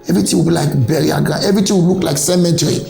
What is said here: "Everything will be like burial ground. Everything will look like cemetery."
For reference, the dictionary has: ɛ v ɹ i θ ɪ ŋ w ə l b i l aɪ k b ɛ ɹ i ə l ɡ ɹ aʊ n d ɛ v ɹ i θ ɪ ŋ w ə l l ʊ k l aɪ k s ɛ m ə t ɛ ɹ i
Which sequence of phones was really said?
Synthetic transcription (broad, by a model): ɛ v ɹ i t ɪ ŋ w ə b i l aɪ k b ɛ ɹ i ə ɡ aʊ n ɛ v ɹ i t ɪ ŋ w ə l l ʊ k l aɪ k s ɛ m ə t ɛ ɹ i